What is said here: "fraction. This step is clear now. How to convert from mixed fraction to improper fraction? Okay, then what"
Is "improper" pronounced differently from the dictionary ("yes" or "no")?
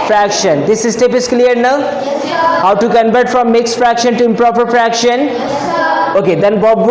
no